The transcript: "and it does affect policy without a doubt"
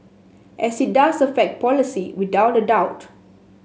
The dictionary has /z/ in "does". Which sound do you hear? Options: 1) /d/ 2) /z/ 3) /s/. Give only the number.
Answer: 3